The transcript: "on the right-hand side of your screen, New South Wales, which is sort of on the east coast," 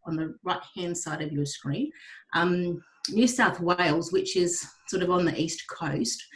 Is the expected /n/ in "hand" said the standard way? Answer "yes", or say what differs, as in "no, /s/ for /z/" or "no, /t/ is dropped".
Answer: yes